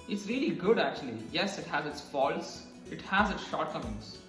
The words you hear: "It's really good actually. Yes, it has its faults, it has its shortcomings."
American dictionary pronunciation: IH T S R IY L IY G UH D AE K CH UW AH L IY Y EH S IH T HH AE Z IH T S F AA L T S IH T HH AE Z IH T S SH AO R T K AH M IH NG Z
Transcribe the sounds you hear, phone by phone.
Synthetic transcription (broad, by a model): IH T S R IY L IY G UH D AE K CH UW AH L IY Y EH S IH T HH AE Z IH T S F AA L S IH T HH AE Z IH T S SH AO R T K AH M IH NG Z